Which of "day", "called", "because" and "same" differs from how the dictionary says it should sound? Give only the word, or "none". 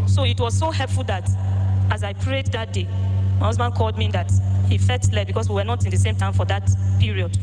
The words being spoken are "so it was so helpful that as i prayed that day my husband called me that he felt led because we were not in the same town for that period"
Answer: because